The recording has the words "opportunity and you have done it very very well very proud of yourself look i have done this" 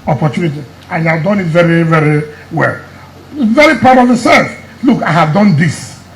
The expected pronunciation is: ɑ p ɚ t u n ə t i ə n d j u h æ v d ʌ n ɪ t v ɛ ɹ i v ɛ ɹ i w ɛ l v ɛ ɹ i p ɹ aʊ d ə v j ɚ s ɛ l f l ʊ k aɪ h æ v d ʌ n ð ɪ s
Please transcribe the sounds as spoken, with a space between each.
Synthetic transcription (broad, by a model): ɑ p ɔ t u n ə t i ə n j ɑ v d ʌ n ɪ t v ɛ ɹ i v ɛ ɹ i w ɛ l v ɛ ɹ i p aʊ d ə v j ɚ s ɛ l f l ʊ k aɪ h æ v d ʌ n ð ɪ s